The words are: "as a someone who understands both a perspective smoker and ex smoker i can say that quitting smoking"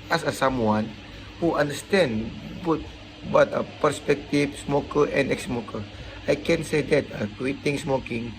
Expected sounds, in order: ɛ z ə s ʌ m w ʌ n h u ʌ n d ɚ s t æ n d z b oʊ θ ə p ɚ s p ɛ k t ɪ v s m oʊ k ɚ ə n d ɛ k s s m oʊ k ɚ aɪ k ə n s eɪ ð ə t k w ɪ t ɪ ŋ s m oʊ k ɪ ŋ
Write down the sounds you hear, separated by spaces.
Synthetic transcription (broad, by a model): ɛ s ə s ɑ m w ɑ n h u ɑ n d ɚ s t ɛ n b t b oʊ t ə p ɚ s p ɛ k t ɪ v s m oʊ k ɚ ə n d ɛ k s s m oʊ k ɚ aɪ k ə n s eɪ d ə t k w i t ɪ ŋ s m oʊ k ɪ ŋ